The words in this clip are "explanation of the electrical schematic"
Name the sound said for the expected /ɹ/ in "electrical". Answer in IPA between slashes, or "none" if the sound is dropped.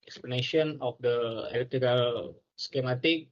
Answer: none